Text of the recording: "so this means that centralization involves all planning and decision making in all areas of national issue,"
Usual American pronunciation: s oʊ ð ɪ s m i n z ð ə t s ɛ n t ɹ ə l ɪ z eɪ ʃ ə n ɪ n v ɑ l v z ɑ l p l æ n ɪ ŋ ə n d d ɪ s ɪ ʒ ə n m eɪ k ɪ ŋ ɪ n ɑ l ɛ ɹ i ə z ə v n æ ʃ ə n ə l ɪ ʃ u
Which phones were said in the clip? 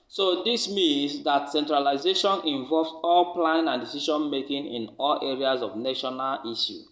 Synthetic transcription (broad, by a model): s oʊ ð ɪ s m i n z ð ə t s ɛ n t ɹ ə l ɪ z eɪ ʃ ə n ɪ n v ɑ l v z ɑ l p l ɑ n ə n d d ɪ s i ʃ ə n m eɪ k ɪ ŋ ɪ n ɑ l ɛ ɹ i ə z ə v n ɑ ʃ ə n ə l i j u